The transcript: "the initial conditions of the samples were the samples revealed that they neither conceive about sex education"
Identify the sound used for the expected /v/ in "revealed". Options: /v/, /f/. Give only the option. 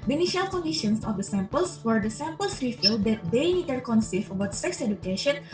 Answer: /f/